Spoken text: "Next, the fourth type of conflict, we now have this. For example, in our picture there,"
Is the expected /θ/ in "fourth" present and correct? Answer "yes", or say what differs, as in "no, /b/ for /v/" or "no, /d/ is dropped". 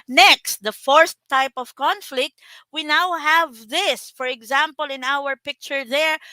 no, /s/ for /θ/